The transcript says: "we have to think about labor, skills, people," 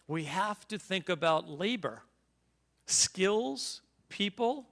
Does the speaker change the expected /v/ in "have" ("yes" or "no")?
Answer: yes